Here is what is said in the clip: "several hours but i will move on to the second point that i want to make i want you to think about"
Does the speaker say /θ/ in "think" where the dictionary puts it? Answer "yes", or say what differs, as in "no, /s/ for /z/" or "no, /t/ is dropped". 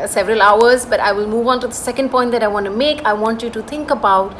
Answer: no, /t/ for /θ/